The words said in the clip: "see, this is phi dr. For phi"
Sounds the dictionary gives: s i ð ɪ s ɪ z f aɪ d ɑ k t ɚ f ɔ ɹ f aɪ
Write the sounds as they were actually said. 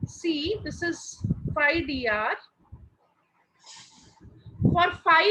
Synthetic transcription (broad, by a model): s i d ɪ s ɪ z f aɪ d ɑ t f ɔ ɹ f aɪ